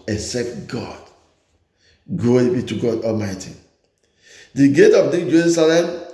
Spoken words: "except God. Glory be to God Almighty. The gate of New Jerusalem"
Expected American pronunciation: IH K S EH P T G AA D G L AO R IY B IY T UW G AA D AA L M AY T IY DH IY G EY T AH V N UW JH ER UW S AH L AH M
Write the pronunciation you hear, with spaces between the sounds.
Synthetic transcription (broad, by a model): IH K S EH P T G AA D G AO IY B IY T UW G AA D AA L M AY T IY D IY G EY T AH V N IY JH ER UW S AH L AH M